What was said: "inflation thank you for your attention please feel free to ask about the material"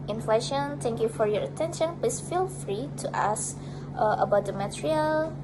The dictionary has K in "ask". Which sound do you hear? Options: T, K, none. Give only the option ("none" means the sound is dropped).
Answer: none